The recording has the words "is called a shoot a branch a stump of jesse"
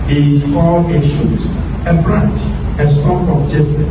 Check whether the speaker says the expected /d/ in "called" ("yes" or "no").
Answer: no